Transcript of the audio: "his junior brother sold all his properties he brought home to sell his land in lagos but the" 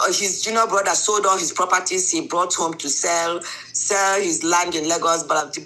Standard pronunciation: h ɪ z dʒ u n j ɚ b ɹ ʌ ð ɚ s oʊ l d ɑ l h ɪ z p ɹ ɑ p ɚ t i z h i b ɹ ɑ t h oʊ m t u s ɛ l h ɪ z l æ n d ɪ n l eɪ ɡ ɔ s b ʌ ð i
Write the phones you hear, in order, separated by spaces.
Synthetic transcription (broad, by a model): h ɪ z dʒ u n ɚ b ɹ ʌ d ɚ s oʊ l d ɑ l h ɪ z p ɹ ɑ p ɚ t i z h i b ɹ ɑ t h oʊ m t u s ɛ l h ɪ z l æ n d ɪ n l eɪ ɡ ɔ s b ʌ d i